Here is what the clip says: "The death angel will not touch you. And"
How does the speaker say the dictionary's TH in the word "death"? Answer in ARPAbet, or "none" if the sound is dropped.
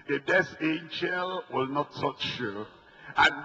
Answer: S